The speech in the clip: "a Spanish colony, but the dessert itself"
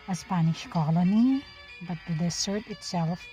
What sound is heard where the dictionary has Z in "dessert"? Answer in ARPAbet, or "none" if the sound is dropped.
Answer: S